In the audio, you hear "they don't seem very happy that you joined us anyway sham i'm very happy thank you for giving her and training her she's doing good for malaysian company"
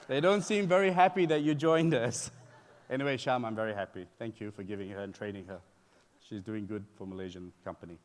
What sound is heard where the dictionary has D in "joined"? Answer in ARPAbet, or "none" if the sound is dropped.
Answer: D